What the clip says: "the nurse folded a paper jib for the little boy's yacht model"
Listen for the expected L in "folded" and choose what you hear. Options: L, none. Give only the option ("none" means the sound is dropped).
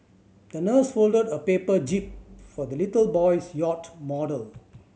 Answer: L